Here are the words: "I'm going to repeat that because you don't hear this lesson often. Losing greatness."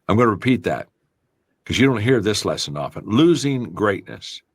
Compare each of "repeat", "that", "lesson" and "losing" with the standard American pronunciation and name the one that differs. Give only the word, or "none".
none